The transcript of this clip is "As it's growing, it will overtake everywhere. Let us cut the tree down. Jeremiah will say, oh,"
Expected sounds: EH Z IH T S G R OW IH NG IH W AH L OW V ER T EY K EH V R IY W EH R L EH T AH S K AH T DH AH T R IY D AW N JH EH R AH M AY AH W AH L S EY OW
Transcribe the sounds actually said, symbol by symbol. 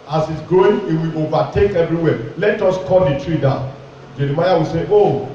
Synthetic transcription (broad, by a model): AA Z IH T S G OW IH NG IH W AH L OW V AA T EY K EH V R IY W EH L EH T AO S K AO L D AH T R IY D AW N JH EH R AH M AY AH W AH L S EY OW